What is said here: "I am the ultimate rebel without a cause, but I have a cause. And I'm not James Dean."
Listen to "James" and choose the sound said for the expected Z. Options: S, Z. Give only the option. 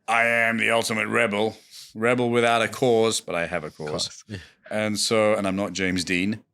Z